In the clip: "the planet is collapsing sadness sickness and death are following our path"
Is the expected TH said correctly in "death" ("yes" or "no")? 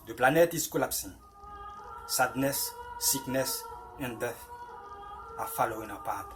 no